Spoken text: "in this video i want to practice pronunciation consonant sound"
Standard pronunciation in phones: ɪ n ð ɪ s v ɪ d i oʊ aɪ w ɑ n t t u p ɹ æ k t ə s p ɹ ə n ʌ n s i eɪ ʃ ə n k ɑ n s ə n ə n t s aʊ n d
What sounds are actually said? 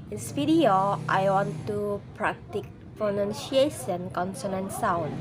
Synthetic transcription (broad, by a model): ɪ n s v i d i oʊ aɪ w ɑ n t t u p ɹ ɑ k t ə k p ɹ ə n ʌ n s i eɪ s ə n k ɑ n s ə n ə n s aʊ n